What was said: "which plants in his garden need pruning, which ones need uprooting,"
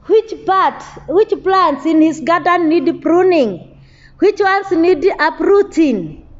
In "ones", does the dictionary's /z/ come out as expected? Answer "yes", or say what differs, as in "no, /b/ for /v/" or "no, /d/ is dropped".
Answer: no, /s/ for /z/